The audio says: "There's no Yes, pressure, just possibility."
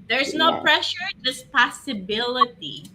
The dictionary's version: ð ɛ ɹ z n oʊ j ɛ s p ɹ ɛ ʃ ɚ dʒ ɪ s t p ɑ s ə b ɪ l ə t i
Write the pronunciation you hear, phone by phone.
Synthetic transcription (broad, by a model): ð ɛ ɹ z n oʊ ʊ p ɹ ɛ ʃ ɚ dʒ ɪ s p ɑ s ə b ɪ l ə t i